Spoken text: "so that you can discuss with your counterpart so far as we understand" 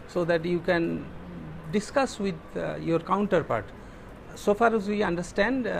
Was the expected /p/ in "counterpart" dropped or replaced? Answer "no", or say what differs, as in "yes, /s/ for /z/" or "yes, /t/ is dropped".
no